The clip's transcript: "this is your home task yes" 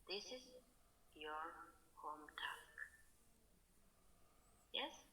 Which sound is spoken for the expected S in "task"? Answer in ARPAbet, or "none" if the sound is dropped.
none